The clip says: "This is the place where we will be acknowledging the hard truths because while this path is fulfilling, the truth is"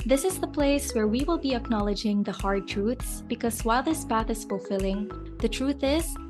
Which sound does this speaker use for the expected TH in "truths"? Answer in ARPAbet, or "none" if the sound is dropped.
TH